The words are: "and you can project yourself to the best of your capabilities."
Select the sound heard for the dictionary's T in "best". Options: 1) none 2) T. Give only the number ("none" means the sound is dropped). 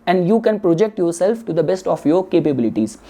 2